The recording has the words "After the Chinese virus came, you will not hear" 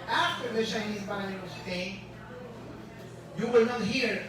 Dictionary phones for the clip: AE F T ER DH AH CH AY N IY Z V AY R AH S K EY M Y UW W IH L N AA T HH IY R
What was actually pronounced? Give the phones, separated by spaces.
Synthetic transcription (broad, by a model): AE F T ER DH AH CH AY N IY Z B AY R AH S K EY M Y UW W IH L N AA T HH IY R